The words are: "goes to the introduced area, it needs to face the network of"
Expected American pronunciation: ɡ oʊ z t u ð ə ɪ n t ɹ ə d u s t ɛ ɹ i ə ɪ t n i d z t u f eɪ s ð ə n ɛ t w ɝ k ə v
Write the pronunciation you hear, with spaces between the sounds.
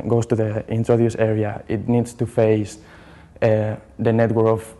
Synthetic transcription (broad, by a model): ɡ oʊ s t u ð ə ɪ n t ɹ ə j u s ɛ ɹ i ə ɪ t n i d s t u f eɪ s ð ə n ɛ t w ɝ ə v